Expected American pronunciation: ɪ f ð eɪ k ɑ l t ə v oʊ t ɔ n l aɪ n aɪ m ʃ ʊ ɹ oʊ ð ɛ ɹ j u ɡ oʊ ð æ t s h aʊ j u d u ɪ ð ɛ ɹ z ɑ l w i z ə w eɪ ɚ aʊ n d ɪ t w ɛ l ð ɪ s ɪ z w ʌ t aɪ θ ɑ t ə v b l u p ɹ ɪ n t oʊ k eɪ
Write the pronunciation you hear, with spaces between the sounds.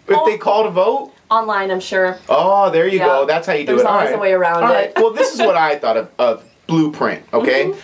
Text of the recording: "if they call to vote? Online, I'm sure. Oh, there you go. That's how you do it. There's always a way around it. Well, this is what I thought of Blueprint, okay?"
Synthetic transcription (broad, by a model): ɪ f ð eɪ k ɑ l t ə v oʊ t ɔ n l aɪ n aɪ m ʃ ʊ ɹ oʊ ð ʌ ɹ j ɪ ɡ oʊ ð æ t s h aʊ j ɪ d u ɪ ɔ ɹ ɑ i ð ə w eɪ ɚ aʊ n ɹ ɪ t w ɛ l ð ɪ s ɪ z w ʌ t aɪ θ ɑ t ə v b l u p ɹ ɪ n t oʊ k eɪ